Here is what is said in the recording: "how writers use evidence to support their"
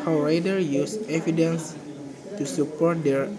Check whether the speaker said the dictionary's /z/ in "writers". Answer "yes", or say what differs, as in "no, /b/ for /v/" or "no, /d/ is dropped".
no, /z/ is dropped